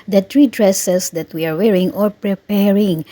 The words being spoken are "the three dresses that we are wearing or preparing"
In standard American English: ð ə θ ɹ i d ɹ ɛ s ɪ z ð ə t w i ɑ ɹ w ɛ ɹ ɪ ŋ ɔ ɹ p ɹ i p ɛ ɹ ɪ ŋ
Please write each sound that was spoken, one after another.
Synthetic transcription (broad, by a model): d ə t ɹ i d ɹ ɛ s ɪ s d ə t w i ɑ ɹ w ɛ ɹ ɪ ŋ ɔ ɹ p ɹ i p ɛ ɹ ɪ ŋ